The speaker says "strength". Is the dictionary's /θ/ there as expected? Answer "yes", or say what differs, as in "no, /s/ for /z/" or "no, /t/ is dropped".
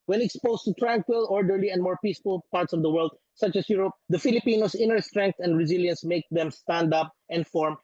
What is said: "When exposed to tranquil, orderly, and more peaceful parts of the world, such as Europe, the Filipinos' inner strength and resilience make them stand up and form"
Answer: no, /t/ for /θ/